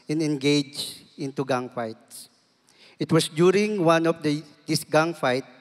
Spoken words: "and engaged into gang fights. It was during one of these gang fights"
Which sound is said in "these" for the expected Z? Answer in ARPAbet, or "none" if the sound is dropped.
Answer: S